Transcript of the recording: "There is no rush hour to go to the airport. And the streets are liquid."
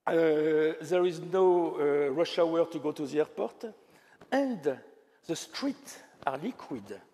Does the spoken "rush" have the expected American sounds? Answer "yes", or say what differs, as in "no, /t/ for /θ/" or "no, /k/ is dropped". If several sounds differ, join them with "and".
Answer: yes